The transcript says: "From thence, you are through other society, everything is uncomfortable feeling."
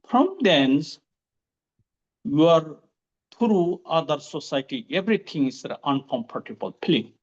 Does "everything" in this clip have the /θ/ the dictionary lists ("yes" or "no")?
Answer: no